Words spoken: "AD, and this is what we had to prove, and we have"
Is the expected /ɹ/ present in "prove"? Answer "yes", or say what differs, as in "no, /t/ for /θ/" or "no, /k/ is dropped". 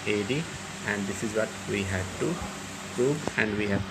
yes